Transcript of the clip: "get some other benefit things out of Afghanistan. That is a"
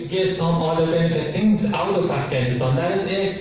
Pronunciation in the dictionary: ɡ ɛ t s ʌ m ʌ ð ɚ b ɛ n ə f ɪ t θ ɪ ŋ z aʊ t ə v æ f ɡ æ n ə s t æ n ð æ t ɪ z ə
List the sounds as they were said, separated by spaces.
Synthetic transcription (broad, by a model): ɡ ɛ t s ʌ m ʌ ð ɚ b ɛ n ə f ɪ t θ ɪ ŋ z aʊ t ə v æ ɡ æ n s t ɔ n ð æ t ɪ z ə